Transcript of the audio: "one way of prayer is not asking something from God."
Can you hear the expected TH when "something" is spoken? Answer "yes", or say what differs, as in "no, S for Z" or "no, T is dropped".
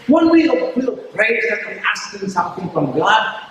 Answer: yes